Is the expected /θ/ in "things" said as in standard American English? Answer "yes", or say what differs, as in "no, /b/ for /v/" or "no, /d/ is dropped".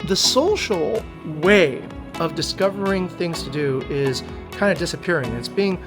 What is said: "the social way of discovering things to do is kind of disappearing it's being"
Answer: yes